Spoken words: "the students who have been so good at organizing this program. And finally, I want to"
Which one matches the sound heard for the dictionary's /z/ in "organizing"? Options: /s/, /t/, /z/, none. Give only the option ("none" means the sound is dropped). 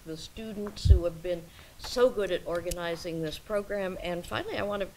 /z/